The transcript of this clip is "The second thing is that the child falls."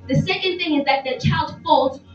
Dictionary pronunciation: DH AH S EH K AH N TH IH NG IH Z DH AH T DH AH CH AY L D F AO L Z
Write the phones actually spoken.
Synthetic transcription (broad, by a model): DH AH S EH K AH N TH IH NG IH Z DH AH T DH AH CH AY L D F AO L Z